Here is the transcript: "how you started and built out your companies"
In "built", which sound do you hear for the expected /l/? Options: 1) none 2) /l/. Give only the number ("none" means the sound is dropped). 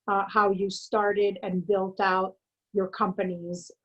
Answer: 2